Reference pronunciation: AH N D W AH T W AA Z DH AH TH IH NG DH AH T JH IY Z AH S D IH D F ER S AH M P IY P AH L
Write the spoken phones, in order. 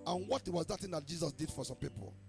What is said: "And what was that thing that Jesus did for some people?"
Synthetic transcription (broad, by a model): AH N W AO T W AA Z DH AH T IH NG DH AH T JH IY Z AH S D IH D F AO S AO M P IY P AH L